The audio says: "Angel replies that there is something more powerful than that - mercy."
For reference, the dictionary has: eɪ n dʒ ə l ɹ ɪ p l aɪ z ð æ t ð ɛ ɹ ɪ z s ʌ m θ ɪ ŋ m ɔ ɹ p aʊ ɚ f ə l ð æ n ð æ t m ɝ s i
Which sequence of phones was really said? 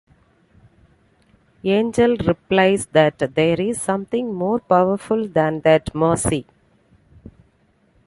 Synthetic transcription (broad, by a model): eɪ n dʒ ə l ɹ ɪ p l aɪ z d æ t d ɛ ɹ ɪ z s ʌ m t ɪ ŋ m ɔ ɹ p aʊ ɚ f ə l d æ n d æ t m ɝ s i